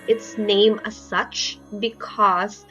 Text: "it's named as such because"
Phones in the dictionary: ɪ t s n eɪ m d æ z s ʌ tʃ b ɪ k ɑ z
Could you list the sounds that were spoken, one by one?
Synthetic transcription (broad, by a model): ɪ t s n eɪ m æ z s ʌ tʃ b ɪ k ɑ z